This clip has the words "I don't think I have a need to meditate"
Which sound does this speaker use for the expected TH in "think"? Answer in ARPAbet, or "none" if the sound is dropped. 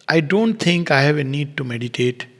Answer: T